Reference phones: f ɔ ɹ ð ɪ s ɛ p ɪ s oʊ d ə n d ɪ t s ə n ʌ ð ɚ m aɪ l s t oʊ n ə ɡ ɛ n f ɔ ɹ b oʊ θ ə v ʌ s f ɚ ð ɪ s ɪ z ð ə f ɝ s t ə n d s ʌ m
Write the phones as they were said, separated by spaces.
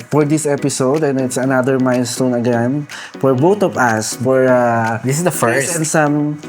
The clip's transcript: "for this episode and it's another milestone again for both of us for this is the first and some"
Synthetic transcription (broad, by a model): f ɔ ɹ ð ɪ s ɛ p ɪ s oʊ d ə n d ɪ t s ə n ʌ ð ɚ m aɪ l s t oʊ n ə ɡ ɛ n f ɔ ɹ b oʊ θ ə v ʌ s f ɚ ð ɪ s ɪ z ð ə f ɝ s ə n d s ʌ m